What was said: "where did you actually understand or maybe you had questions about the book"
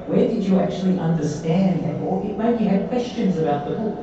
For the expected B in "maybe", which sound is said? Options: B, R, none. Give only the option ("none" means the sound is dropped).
none